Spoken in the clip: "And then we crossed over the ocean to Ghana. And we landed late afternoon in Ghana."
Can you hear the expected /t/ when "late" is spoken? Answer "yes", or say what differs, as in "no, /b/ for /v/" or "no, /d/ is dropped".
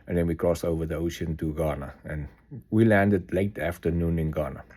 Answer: yes